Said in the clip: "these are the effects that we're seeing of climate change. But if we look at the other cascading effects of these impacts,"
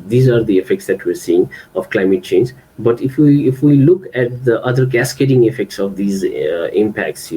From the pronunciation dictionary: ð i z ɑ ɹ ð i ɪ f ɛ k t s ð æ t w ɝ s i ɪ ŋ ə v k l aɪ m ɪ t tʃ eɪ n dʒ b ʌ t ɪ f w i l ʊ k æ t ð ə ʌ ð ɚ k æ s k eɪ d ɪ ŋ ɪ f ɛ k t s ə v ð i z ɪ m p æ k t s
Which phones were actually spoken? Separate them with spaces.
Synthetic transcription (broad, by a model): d i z ɑ ɹ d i ɪ f ɛ k t s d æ t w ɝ s i ɪ ŋ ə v k l aɪ m ɪ t tʃ eɪ n dʒ b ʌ t ɪ f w i l ʊ k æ t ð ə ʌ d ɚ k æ s k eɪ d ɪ ŋ ɪ f ɛ k t s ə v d i z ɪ m p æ k t s